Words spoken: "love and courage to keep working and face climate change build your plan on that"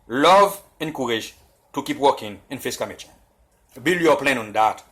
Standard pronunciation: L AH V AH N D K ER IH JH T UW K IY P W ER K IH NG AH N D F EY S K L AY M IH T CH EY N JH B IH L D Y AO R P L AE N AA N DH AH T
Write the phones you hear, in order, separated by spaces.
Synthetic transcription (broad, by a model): L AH V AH N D K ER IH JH T UW K IY P W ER K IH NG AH N F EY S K AY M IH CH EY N B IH L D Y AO P L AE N AA N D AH T